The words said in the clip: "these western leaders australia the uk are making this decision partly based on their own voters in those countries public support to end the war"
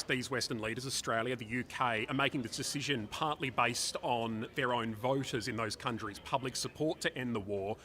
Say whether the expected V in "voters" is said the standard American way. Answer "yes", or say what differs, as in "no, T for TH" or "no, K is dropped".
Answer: yes